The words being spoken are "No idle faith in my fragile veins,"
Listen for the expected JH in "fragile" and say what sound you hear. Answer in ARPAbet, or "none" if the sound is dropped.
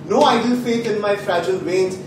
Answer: JH